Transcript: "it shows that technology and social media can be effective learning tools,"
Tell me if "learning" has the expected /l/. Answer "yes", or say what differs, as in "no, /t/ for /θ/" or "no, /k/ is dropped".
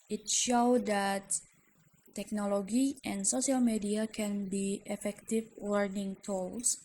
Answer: no, /w/ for /l/